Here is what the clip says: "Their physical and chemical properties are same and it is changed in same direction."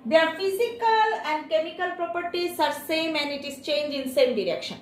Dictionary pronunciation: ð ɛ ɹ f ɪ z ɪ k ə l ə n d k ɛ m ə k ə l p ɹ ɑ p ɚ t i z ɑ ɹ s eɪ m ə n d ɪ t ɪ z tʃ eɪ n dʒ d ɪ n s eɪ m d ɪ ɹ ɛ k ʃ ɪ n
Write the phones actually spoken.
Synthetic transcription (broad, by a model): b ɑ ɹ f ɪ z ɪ k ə l ə n d k ɛ m ə k ə l p ɹ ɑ p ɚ t i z ɑ ɹ s eɪ m ə n d ɪ t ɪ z tʃ eɪ n dʒ ɪ n s eɪ m d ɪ ɹ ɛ k ʃ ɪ n